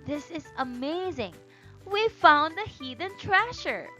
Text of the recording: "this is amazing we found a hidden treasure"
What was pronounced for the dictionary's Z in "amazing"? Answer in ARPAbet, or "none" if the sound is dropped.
Z